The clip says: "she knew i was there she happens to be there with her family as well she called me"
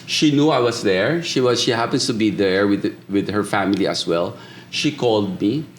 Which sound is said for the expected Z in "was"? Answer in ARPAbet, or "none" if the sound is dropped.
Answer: S